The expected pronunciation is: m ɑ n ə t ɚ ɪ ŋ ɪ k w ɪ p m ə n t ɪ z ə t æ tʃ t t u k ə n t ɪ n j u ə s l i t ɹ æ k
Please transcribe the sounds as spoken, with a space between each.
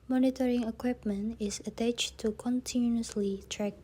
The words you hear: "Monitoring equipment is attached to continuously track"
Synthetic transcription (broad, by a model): m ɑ n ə t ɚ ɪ ŋ ɪ k w ɪ p m ə n t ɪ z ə t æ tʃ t t u k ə n t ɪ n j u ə s l i t ɹ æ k